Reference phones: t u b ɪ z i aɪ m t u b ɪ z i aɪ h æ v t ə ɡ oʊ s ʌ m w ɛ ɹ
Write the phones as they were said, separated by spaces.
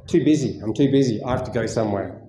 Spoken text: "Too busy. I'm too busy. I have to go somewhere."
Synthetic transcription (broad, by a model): t u b ɪ z i aɪ m t u b ɪ z i aɪ h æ f t ə ɡ oʊ s ʌ m w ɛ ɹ